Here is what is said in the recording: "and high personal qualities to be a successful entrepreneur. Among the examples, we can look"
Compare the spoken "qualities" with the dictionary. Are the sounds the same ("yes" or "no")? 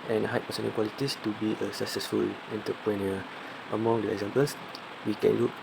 no